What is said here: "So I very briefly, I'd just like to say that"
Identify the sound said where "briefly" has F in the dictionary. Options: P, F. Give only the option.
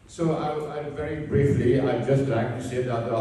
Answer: F